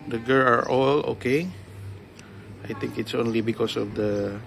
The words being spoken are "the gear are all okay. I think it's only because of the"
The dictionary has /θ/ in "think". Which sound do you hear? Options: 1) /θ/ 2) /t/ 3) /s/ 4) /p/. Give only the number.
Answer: 2